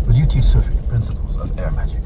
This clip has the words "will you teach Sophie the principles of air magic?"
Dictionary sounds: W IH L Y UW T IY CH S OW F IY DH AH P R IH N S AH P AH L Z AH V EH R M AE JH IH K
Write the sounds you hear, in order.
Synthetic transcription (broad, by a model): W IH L Y UW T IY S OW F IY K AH P R IH N S AH P AH L Z AH V EH R M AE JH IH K